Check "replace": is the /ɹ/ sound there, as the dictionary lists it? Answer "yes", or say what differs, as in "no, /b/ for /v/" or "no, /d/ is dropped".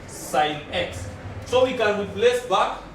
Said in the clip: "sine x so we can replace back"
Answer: no, /w/ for /ɹ/